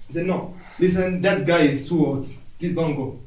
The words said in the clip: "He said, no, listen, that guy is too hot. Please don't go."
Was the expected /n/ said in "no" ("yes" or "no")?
yes